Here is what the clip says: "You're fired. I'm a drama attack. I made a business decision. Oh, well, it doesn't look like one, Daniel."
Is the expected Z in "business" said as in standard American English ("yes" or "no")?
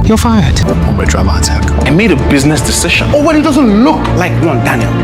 yes